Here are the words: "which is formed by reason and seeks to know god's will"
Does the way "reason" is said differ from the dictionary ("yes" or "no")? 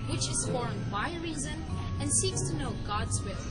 no